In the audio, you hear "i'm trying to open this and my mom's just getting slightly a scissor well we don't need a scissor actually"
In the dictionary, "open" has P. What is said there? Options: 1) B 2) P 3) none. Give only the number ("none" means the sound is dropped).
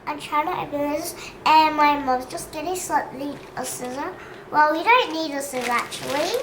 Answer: 1